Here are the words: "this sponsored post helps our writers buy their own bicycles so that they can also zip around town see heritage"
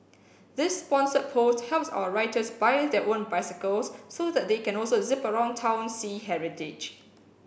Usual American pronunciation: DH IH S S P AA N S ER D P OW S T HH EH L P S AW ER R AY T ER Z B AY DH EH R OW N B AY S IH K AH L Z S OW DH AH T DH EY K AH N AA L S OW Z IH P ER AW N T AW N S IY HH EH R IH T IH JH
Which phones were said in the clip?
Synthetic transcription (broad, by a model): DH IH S S P AA N S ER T P OW S T HH EH L P S AW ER R AY T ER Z B AY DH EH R OW N B AY S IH K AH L S OW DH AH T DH EY K AH N AA L S OW Z IH P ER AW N T AW N S IY HH EH R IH T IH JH